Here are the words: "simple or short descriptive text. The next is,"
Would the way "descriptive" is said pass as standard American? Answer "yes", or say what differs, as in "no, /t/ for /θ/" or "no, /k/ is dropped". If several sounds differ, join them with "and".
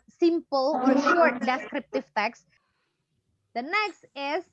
yes